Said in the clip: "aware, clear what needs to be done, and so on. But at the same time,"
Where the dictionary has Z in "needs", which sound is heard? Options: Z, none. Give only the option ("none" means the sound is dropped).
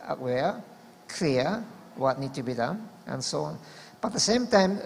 none